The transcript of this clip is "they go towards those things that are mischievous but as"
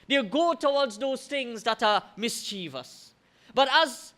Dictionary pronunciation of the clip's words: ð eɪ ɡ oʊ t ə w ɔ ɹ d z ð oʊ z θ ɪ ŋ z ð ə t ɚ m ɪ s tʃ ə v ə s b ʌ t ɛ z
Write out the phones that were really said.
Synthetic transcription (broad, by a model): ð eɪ ɡ oʊ t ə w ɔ d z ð oʊ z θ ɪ ŋ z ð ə t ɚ m ɪ s tʃ ə v ə s b ʌ t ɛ z